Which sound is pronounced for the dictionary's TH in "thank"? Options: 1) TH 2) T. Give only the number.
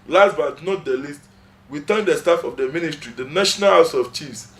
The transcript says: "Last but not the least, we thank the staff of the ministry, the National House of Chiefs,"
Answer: 2